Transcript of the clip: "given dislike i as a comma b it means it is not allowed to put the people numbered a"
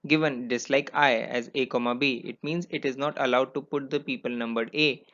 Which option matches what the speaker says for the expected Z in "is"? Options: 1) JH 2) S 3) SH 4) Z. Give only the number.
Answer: 4